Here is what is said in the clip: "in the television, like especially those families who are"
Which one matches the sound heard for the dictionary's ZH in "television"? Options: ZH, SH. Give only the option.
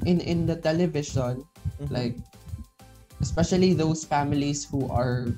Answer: SH